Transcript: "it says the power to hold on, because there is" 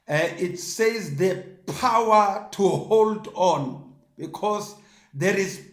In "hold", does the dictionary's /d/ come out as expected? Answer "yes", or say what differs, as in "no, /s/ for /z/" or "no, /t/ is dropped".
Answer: yes